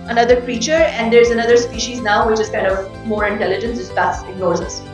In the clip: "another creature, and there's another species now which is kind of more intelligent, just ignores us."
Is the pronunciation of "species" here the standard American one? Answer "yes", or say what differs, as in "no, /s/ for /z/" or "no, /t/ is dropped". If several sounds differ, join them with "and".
yes